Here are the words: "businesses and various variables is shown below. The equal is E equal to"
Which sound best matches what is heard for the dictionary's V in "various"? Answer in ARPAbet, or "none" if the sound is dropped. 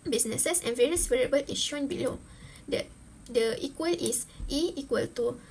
V